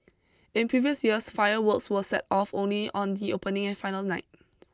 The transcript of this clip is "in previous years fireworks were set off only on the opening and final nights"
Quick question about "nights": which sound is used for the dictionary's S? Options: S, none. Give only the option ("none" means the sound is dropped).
none